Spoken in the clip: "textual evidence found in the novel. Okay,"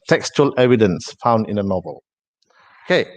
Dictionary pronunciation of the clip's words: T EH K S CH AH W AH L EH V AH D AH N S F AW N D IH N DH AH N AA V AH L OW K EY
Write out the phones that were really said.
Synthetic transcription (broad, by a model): T EH K S CH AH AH L EH V AH D AH N S F AW N D IH N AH N AA V AH L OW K EY